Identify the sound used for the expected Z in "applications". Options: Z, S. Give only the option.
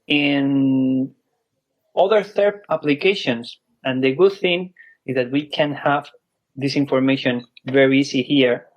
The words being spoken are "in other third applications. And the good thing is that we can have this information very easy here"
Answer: S